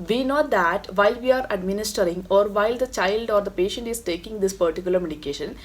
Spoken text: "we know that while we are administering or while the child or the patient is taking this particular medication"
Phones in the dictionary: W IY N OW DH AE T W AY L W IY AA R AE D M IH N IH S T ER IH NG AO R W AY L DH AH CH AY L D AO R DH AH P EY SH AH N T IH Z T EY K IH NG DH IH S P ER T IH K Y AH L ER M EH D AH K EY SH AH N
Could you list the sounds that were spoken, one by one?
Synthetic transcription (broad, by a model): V IY N OW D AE T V AY L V IY AA R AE D M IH N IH S T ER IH NG AO R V AY L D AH CH AY L D AO R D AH P EY SH AH N T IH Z T EY K IH NG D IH S P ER T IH K Y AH L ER M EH D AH K EY SH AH N